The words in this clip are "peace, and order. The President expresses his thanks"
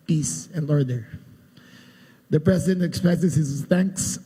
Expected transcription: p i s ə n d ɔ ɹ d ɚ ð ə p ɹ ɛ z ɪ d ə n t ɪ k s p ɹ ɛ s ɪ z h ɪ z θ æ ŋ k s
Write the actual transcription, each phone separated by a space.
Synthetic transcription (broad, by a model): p i s ə n d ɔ ɹ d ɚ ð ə p ɹ ɛ s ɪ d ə n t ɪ k s p ɹ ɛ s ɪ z h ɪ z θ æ ŋ k s